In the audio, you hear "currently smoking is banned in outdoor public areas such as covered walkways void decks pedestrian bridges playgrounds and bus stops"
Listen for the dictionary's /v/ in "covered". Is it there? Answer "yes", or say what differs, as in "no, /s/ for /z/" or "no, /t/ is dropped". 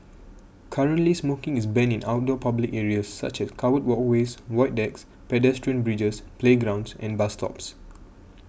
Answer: no, /w/ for /v/